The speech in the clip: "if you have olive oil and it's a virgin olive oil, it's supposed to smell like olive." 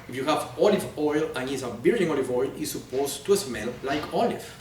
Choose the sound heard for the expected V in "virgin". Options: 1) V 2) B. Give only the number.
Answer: 2